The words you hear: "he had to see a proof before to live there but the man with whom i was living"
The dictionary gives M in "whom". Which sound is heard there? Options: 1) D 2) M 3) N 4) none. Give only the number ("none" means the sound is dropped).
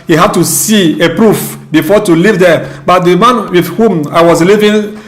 2